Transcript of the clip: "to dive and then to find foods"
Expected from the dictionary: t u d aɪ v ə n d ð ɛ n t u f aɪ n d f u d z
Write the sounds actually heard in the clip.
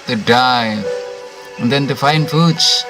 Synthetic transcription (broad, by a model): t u d aɪ ə n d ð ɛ n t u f aɪ n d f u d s